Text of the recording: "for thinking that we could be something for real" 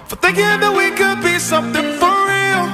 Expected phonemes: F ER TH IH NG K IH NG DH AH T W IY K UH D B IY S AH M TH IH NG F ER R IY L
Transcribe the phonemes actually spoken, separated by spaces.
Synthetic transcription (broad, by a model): F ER TH IH NG K IH NG DH AH T W IY K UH D B IY S AH M TH IH NG F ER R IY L